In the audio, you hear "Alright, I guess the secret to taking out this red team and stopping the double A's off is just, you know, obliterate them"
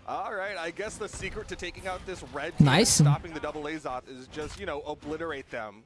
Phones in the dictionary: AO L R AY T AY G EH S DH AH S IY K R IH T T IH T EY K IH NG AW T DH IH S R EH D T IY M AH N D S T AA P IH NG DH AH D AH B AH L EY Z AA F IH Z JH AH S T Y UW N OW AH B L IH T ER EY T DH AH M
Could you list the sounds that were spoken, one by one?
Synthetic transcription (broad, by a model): AO L R AY T AY G EH S DH AH S IY K R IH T T IH T EY K IH NG AW T DH IH S R EH D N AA AH S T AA P IH NG DH AH D AH B L EY Z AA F IH Z JH AH S T Y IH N OW AH B L IH T ER EY T DH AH M